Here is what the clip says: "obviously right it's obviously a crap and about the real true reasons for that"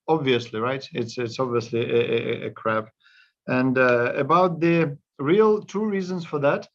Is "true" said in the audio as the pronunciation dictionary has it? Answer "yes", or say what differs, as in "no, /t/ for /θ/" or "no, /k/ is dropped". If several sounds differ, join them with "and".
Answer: no, /ɹ/ is dropped